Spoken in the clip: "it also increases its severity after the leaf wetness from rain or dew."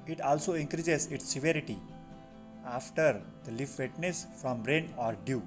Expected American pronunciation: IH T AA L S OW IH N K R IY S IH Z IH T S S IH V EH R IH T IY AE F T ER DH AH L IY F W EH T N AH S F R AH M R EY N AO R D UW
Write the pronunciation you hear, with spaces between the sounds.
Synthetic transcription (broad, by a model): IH T AA L S OW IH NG K R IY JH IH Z IH T S S IH V EH R IH T IY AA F T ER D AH L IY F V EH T N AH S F R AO M R EY N AO R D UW